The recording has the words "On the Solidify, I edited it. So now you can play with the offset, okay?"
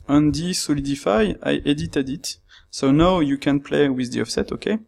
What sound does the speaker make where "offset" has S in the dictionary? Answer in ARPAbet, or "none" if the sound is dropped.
S